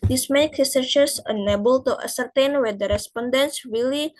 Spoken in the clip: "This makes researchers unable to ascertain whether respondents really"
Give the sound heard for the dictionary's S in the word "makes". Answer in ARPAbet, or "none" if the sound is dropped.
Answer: none